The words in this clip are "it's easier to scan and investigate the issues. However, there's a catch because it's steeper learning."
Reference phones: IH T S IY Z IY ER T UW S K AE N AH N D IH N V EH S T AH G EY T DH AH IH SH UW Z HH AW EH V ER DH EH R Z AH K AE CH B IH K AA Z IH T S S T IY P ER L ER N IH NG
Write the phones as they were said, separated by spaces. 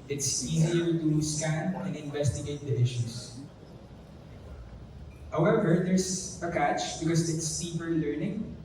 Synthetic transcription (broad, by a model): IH T S IY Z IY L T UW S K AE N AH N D IH N V EH S T AH G EY T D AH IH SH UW S HH AW EH V ER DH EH R S AH K AE CH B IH K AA S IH T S S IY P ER L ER N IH NG